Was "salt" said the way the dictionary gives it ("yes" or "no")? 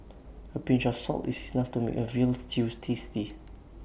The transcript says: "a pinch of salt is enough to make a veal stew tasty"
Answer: yes